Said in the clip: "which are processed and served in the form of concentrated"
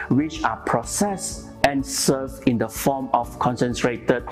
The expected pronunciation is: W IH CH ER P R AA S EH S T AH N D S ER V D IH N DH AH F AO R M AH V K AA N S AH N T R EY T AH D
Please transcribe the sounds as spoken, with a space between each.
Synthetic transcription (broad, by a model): W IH CH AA P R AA S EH S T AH N S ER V IH N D AH F AO M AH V K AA N S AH N T R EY T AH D